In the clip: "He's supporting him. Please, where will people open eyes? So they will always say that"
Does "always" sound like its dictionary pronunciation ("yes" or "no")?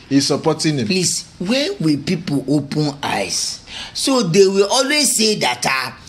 yes